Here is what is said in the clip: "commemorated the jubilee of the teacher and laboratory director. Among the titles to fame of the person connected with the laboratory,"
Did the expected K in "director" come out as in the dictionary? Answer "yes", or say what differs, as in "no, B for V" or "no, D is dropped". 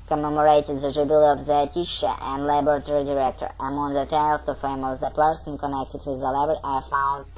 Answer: yes